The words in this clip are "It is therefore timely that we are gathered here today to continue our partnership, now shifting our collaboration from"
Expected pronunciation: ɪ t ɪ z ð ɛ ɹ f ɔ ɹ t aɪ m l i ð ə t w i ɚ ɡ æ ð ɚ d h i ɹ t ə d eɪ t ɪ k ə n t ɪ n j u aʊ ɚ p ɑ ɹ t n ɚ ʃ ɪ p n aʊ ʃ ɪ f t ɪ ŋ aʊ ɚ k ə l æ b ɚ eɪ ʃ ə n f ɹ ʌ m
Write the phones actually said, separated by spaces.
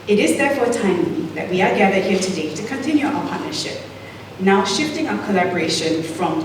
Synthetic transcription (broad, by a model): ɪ t ɪ z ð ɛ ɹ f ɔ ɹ t aɪ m i ð ə t w i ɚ ɡ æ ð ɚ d h i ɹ t ə d eɪ t ɪ k ə n t ɪ n j u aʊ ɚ p ɑ ɹ t n ɚ ʃ ɪ p n aʊ ʃ ɪ f t ɪ ŋ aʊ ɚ k ə l æ b ɚ eɪ ʃ ə n f ɹ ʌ m